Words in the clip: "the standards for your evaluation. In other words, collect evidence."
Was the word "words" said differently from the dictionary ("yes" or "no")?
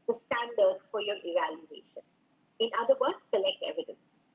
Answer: yes